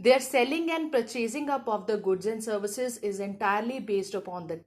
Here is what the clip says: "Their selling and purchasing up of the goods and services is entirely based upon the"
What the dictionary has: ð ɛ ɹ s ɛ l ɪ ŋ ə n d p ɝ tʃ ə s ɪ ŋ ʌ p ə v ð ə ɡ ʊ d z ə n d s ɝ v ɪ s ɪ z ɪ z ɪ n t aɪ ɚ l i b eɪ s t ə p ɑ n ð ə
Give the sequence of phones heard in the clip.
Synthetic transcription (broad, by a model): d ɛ ɹ s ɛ l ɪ ŋ ə n d p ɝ tʃ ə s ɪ ŋ ʌ p ə v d ə ɡ ʊ d z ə n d s ɝ v ɪ s ɪ z ɪ z ɪ n t aɪ ɚ l i b eɪ s t ə p ɑ n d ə